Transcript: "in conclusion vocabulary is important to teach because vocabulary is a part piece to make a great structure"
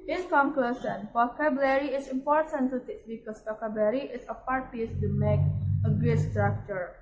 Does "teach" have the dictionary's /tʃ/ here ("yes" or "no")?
no